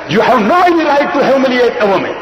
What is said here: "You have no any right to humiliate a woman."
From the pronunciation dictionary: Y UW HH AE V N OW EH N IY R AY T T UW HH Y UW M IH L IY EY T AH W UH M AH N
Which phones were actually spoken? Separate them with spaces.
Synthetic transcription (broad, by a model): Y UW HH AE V N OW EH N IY L AY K T UW HH Y UW M IH L IY EY T AH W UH M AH N